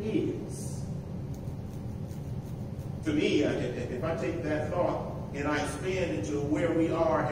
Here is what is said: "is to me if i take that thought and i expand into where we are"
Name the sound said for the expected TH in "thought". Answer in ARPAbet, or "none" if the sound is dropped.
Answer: TH